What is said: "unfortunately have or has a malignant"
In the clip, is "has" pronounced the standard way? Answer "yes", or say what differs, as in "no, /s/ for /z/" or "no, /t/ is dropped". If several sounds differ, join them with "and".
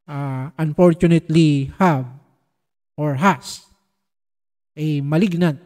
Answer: no, /s/ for /z/